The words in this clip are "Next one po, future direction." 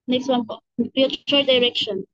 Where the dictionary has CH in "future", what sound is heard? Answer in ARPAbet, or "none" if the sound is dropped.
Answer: none